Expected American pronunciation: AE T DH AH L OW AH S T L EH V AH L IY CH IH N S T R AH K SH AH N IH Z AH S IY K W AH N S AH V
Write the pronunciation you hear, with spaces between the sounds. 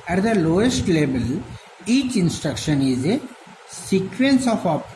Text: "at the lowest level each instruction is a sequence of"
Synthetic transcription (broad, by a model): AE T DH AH L OW AH S T L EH B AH L IY CH IH N S T R AH K SH AH N IH Z AH S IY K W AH N S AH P